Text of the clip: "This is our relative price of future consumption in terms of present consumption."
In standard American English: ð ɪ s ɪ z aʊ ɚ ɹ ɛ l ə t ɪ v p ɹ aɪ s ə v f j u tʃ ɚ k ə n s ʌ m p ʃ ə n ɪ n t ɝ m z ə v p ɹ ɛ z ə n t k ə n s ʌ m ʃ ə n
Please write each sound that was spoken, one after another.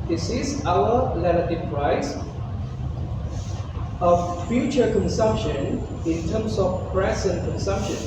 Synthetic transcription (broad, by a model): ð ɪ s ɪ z aʊ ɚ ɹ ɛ n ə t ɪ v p ɹ aɪ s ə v f j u tʃ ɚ k ə n s ʌ m p ʃ ə n ɪ n t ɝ m s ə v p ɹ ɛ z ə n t k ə n s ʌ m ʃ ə n